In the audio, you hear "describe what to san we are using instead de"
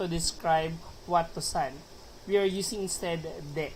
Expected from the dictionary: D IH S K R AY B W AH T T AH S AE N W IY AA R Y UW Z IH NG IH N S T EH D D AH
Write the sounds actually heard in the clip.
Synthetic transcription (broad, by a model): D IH S K R AY B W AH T T AH S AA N W IY AA R Y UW S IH NG IH N S T EH D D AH